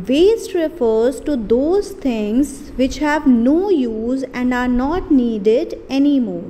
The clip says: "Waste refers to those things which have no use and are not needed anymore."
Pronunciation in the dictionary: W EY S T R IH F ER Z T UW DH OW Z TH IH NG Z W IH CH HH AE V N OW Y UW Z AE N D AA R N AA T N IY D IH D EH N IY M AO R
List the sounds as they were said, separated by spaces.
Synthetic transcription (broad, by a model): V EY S T R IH F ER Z T UW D OW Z T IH NG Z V IH CH HH AE V N OW Y UW Z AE N D AA R N AA T N IY D IH D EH N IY M AO R